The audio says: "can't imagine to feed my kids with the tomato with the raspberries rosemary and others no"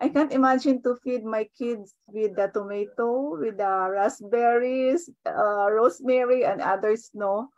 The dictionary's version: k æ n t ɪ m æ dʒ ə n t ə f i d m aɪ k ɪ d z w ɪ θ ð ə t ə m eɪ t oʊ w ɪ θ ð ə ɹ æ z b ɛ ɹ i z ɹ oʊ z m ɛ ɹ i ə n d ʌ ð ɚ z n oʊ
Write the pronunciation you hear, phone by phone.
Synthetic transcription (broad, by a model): k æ n t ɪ m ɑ dʒ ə n t ə f i d m aɪ k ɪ d s w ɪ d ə t ə m eɪ t oʊ w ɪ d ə ɹ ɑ s b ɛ ɹ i s ɹ oʊ s m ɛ ɹ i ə n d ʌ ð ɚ s n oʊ